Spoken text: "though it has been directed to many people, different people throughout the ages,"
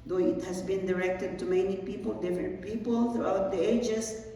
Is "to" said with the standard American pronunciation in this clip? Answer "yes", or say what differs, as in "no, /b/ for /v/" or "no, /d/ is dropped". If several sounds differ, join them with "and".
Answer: yes